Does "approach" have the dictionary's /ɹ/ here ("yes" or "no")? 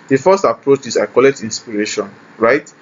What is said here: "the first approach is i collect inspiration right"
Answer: yes